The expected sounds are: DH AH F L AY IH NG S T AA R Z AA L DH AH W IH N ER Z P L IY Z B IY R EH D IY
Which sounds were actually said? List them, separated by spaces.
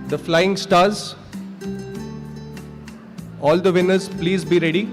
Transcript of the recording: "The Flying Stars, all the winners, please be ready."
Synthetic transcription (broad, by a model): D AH F L AY IH NG S T AA R Z AA L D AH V IH N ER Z P L IY Z B IY R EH D IY